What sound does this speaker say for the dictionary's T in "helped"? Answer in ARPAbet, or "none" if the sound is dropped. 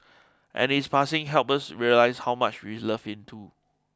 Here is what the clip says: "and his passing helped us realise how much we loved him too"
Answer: none